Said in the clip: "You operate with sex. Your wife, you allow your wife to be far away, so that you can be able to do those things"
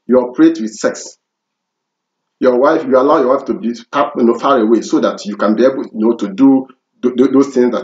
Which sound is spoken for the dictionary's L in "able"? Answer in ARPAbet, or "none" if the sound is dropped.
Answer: N